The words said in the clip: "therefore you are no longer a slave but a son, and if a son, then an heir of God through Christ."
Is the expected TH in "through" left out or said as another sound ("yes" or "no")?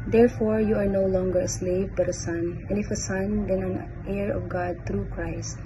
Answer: yes